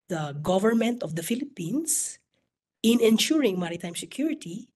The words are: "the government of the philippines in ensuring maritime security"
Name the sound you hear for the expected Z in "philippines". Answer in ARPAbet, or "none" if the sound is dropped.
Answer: S